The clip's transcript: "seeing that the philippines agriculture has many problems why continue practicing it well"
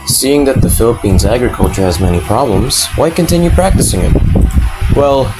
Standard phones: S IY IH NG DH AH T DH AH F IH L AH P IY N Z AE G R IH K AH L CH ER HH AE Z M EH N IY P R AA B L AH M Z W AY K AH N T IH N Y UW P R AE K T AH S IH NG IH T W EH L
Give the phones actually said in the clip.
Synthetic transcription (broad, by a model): S IY IH NG DH AH T DH AH F IH L AH P IY N Z AE G R IH K AH L CH ER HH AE Z M EH N IY P R AA B L AH M Z W AY K AH N T IH N Y UW P R AE K T AH S IH NG IH T W EH L